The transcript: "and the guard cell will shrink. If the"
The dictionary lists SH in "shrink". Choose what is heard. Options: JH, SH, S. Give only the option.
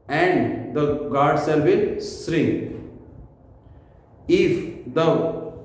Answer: S